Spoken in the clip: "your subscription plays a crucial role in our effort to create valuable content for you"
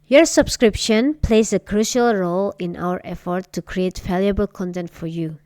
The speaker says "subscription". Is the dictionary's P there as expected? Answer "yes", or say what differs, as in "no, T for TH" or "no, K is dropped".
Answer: yes